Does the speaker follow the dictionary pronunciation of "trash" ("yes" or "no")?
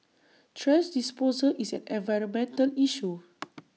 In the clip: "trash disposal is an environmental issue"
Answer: no